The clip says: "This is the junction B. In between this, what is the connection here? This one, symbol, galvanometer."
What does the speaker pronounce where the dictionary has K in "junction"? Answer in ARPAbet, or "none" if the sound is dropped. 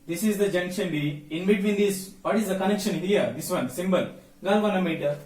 K